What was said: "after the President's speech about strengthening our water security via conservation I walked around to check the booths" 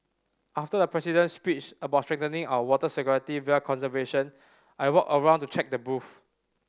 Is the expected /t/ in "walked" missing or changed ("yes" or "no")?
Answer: yes